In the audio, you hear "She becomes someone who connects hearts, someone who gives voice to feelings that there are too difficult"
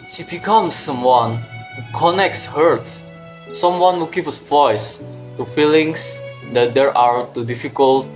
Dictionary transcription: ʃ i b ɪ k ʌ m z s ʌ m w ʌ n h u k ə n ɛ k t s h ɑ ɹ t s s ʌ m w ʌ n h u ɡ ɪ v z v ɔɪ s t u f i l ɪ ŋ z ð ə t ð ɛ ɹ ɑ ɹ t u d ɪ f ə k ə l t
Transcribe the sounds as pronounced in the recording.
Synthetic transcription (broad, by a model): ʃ i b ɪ k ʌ m s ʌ m w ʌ n h u k ə n ɛ k t s h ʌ ɹ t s s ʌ m w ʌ n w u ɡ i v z v ɔɪ s t u f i l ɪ ŋ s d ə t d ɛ ɹ ɑ ɹ t u d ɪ f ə k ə l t